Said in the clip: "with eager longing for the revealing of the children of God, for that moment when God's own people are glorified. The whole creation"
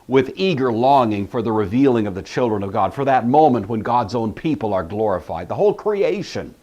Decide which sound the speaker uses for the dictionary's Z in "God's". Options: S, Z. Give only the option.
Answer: Z